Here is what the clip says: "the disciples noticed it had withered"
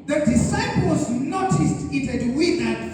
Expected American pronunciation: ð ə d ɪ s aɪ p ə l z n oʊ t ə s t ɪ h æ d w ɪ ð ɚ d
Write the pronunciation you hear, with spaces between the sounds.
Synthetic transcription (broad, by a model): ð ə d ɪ s aɪ p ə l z n oʊ t ə s t ɪ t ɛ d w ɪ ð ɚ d